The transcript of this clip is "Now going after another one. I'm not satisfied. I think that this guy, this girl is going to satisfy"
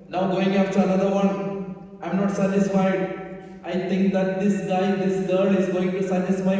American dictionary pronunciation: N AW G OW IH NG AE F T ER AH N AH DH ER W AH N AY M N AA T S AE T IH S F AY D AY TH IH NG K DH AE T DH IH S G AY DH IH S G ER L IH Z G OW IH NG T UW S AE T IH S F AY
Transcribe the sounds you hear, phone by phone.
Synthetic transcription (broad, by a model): N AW G OW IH NG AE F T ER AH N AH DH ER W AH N AY M N AA T S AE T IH S F AY D AY T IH NG K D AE T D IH S G AY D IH S G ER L IH Z G OW IH NG T UW S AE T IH S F AY